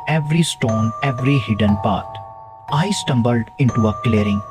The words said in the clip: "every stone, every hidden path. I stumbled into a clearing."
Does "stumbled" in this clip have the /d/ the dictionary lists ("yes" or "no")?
yes